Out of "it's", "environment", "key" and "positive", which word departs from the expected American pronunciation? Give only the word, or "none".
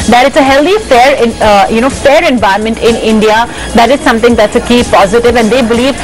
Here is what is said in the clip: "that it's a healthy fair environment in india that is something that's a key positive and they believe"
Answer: environment